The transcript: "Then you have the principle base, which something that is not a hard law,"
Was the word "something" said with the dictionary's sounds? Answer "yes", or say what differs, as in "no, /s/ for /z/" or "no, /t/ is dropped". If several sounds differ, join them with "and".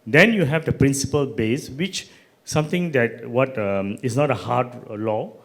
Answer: no, /t/ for /θ/